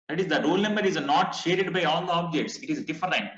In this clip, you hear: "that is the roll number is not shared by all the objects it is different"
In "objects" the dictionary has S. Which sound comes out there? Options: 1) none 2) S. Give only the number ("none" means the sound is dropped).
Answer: 2